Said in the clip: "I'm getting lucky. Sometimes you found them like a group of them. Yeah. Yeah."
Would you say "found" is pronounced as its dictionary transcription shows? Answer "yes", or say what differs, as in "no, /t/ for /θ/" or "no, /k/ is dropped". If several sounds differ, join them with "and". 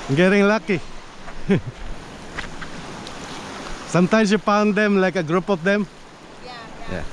no, /p/ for /f/